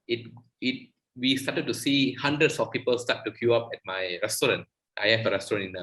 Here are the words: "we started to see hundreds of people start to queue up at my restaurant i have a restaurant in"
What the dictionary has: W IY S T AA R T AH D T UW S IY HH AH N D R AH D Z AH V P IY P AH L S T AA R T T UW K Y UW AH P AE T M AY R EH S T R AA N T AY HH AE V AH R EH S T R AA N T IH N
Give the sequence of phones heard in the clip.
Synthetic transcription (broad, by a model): W IY S T AA T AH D T UW S IY HH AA N D R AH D S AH F P IY P AH L S T AA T T UW K Y UW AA P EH T M AY R EH S T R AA N T AY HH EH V AH R EH S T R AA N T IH N